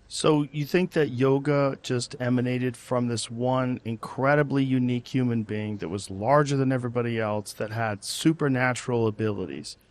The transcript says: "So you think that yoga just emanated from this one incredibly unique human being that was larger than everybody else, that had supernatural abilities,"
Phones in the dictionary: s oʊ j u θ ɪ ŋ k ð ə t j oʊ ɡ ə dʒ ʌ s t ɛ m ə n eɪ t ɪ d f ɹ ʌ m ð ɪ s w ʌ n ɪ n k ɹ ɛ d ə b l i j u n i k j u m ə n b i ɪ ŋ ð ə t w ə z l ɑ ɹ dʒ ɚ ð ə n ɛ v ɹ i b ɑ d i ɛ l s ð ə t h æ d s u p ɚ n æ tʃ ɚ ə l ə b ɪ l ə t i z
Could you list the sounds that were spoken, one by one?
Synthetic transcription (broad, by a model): s oʊ j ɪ θ ɪ ŋ k ð ə t j oʊ ɡ ə dʒ ʌ s t ɛ m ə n eɪ t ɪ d f ɹ ʌ m ð ɪ s w ʌ n ɪ n k ɹ ɛ d ə b l i j u n i k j u m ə n b i ɪ ŋ ð ə t w ə z l ɑ ɹ dʒ ɚ ð ə n ɛ v ɹ i b ɑ d i ɛ l s ð ə t h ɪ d s u p ɚ n æ tʃ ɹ l ə b ɪ l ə t i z